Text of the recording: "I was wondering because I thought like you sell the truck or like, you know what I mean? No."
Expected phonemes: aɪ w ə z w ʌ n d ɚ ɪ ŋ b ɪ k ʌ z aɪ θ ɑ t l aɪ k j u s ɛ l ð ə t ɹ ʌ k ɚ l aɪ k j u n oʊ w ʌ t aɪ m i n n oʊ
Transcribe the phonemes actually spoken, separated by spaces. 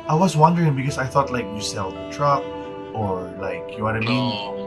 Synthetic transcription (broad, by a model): aɪ w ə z w ʌ n d ɚ ɪ ŋ b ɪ k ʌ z aɪ θ ɑ t l aɪ k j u s ɛ l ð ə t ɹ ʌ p ɚ l aɪ k j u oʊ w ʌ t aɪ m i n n